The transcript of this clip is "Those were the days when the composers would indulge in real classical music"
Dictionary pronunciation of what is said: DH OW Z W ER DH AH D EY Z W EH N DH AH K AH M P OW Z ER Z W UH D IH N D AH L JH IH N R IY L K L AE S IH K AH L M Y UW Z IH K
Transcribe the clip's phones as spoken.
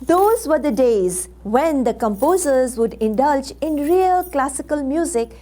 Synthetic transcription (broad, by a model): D OW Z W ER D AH D EY Z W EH N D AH K AH M P OW Z ER Z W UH D IH N D AH L JH IH N R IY L K L AE S IH K AH L M Y UW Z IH K